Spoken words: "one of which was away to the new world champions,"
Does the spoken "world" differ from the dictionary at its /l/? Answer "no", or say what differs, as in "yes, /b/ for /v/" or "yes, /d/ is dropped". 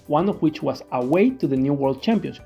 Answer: no